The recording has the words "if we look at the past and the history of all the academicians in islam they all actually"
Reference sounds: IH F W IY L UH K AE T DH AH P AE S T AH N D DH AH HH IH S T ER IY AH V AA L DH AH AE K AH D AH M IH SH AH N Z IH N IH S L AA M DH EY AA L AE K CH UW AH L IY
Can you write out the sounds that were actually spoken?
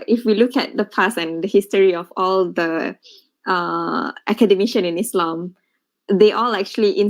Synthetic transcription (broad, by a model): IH F W IY L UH K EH T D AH P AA S AH N D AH HH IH S T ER IY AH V AA L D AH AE K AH D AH M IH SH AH N IH N IH S L AA M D EY AA L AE K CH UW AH L IY